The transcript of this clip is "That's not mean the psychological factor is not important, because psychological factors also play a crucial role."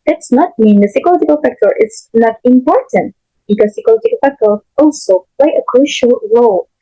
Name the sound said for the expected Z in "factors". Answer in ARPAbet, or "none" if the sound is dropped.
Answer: none